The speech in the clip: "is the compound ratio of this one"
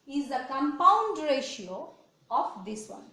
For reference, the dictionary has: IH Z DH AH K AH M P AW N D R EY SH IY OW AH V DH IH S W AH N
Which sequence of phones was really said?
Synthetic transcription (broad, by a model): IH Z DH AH K AH M P AW N D R EY SH IY OW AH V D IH S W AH N